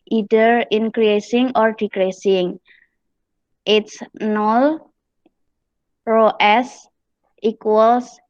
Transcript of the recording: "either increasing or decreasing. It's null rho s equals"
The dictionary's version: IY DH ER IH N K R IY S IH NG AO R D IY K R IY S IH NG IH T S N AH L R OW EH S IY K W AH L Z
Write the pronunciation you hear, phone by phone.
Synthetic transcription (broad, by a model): IY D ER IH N K R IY S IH NG AO R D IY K R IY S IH NG IH T S N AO L R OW EH S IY K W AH L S